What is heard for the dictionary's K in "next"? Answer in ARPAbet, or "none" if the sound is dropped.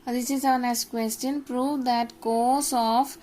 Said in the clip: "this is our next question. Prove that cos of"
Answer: none